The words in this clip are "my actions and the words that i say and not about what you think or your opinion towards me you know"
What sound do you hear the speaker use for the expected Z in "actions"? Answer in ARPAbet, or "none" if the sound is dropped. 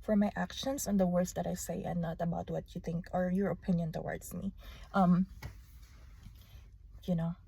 S